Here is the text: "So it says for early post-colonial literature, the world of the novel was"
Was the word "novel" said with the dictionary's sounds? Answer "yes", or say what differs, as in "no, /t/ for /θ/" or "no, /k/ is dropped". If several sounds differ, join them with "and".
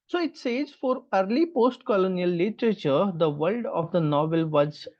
yes